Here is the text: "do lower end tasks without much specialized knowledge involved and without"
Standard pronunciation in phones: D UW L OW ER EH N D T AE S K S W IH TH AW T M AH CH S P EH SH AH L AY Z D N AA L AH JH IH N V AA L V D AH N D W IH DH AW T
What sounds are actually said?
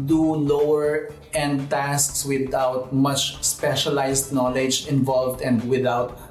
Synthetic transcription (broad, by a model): D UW L OW ER EH N D T AE S K S W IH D AW T M AH CH S P EH SH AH L AY S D N AA L AH JH IH N V AA L V D AH N D W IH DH AW T